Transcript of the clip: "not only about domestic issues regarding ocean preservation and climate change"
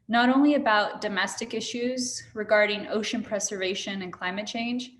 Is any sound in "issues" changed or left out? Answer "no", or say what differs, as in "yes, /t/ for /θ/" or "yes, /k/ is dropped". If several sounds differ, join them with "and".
no